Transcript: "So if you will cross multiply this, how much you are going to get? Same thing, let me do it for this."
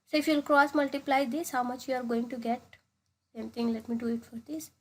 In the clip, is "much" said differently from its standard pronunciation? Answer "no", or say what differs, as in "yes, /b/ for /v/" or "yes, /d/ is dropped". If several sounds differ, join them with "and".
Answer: no